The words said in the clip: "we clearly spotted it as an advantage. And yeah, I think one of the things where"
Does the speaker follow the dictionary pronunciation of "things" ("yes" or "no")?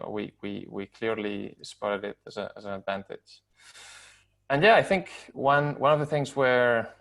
yes